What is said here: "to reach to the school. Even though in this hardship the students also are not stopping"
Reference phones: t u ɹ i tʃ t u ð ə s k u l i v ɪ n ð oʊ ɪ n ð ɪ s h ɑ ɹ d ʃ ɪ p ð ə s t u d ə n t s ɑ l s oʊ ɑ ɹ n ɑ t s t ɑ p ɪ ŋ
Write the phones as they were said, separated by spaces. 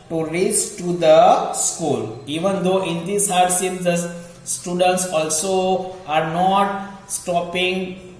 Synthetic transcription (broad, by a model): t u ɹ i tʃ t u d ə s k u l i v ɪ n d oʊ ɪ n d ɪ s h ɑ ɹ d s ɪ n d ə s t u d ə n t s ɑ l s oʊ ɑ ɹ n ɑ t s t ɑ p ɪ ŋ